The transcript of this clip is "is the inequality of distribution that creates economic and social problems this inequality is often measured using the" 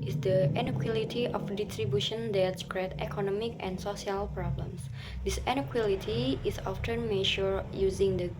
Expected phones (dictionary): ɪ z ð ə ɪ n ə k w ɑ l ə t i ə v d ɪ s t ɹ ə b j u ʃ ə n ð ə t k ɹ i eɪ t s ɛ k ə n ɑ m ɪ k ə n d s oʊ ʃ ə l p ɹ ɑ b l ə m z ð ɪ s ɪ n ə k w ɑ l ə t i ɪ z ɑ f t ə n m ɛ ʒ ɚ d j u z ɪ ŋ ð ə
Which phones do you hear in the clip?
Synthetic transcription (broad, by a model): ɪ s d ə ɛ n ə k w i l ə t i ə f d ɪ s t ɹ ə b j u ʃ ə n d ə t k ɹ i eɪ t ɛ k ə n ɑ m ɪ k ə n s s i ə l p ɹ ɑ b l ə m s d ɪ s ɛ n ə k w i l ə t i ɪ s ɑ f t ə n m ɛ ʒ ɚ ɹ j u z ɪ ŋ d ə